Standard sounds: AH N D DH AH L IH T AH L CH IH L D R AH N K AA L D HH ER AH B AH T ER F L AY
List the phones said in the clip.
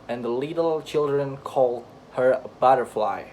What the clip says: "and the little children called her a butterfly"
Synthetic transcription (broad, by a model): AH N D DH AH L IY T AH L CH IH L D R AH N K AA L D HH ER AH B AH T ER F L AY